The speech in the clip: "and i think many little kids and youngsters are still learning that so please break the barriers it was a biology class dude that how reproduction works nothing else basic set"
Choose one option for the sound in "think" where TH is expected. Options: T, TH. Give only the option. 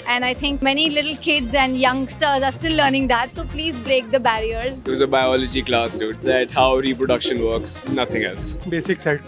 T